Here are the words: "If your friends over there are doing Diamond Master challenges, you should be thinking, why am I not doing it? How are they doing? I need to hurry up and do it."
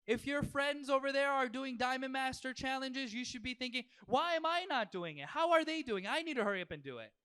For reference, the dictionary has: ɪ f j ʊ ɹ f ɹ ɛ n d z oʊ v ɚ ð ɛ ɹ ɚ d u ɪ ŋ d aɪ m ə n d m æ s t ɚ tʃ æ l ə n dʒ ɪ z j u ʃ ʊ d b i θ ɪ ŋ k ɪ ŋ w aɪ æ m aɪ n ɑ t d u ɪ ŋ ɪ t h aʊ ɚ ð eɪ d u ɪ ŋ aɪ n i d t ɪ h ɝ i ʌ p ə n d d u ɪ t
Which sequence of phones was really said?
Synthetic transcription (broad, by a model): ɪ f j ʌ ɹ f ɹ ɛ n d z oʊ v ɚ ð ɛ ɹ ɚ d u ɪ ŋ d aɪ m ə n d m æ s t ɚ tʃ æ l ə n dʒ ɪ z j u ʃ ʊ d b i θ ɪ ŋ k ɪ ŋ w aɪ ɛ m aɪ n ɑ t d u ɪ ŋ ɪ t h aʊ ɚ ð eɪ d u ɪ ŋ aɪ n i d t ɪ h ɝ i ʌ p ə n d d u ɪ t